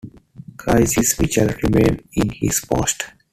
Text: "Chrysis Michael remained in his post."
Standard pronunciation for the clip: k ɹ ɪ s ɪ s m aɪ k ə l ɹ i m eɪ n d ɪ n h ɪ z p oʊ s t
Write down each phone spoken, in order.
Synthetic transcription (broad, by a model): k ɹ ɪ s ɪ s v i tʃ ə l ɹ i m eɪ n ɪ n h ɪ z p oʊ s t